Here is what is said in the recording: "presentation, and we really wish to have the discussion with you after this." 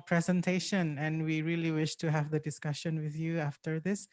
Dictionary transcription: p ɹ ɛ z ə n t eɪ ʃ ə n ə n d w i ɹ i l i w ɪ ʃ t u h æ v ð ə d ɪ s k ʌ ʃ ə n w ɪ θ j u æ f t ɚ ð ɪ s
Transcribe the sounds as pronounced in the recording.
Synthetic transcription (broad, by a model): p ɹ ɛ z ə n t eɪ ʃ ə n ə n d w i ɹ i l i w ɪ ʃ t u h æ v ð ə d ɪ s k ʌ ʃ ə n w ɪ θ j u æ f t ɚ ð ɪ s